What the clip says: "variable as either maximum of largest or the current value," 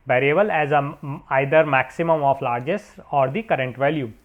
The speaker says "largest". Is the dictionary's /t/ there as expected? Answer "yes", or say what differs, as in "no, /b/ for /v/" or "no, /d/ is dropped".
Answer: no, /t/ is dropped